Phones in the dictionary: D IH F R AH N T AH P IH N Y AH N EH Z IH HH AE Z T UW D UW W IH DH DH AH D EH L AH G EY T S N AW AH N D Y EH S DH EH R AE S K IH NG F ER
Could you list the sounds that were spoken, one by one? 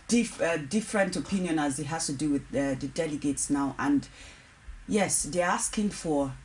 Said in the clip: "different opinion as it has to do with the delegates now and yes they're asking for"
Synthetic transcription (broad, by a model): D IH F R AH N T AH P IH N Y AH N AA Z IH HH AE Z T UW D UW W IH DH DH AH D EH L AH G EY T S N AW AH N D Y EH S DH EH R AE S K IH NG F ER